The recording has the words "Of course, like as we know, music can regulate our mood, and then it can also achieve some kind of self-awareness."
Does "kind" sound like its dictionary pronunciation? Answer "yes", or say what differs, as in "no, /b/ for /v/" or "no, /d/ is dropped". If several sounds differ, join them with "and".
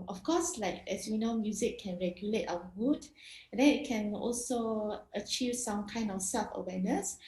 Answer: yes